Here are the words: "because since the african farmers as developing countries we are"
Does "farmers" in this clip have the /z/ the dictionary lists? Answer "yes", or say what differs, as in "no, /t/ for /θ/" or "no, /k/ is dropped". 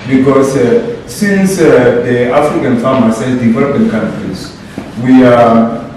no, /s/ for /z/